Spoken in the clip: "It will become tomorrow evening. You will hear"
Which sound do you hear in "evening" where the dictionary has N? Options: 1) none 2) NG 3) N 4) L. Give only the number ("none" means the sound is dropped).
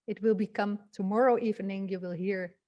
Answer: 3